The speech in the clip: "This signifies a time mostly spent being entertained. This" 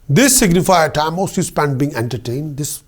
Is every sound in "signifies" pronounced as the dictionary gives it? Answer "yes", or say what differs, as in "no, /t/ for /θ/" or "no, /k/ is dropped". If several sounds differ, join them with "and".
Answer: no, /z/ is dropped